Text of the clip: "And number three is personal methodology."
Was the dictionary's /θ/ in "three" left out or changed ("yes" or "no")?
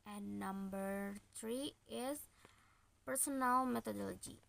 yes